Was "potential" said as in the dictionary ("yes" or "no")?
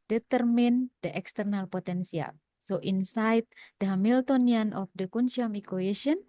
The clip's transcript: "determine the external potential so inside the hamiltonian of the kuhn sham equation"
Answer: no